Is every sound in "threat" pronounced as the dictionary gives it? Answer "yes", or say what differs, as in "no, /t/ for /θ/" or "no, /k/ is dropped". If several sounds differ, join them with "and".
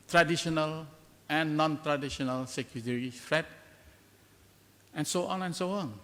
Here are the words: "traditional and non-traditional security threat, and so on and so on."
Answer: no, /f/ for /θ/